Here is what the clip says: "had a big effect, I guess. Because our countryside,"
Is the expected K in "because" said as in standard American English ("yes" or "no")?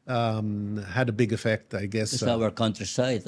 no